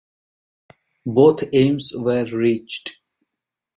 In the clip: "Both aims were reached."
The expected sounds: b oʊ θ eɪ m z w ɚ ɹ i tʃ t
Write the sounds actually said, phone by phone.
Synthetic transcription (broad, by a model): b oʊ t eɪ m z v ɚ ɹ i tʃ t